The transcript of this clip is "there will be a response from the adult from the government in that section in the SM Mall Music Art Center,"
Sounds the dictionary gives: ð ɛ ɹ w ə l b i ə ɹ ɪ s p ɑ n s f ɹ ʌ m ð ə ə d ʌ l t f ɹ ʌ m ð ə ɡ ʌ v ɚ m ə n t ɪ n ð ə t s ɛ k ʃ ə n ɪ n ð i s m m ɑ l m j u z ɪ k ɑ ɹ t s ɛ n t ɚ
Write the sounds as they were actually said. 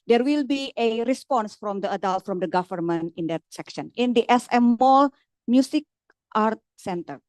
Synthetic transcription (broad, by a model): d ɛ ɹ w ə l b i ə ɹ ɪ s p ɑ n s f ɹ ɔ m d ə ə d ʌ l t f ɹ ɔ m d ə ɡ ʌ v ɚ m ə n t ɪ n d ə t s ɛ k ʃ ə n ɪ n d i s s m ɑ l m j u s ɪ k ɑ ɹ t s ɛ n t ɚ